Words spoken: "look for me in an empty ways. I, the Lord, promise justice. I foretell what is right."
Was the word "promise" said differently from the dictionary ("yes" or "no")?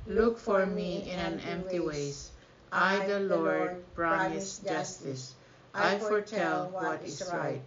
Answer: yes